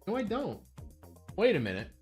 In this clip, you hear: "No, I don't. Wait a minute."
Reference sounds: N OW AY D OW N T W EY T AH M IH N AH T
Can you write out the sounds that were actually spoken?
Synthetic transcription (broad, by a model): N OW AY D OW N T W EY T AH M IH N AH T